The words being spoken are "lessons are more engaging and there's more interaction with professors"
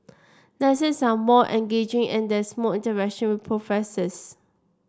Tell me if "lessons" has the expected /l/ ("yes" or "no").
no